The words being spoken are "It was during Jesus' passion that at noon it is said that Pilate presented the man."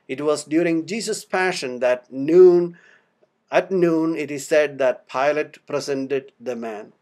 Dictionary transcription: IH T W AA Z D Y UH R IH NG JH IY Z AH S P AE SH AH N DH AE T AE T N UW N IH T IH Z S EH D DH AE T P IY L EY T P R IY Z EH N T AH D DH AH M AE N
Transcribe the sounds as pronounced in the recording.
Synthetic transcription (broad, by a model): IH T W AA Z D Y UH R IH NG JH IY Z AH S P AE SH AH N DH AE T AE T N UW N IH T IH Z S EH D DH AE T P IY L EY T P R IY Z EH N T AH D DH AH M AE N